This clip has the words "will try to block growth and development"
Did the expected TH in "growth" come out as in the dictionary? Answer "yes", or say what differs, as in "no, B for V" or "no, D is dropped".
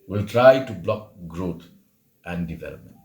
no, T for TH